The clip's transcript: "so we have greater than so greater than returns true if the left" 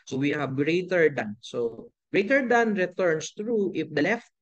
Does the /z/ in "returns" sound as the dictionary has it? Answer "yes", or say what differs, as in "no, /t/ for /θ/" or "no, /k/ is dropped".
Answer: no, /s/ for /z/